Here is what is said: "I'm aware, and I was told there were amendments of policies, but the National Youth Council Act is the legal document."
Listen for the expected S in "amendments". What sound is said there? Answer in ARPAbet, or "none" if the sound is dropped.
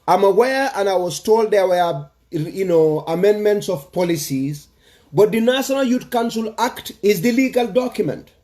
S